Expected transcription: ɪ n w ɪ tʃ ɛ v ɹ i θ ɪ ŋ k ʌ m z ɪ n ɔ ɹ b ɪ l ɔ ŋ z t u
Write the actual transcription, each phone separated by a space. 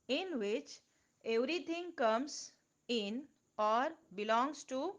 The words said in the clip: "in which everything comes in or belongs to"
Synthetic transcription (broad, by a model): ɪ n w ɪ tʃ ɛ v ɹ i t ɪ ŋ k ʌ m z ɪ n ɔ ɹ b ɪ l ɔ ŋ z t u